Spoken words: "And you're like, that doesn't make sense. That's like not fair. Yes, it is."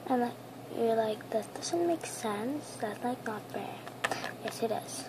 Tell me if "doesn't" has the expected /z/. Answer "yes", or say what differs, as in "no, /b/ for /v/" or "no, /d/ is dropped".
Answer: no, /s/ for /z/